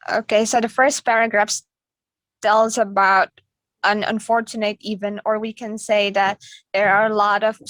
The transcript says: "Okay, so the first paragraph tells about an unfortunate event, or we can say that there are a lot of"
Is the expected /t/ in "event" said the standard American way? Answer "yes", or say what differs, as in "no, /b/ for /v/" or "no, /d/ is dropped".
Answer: no, /t/ is dropped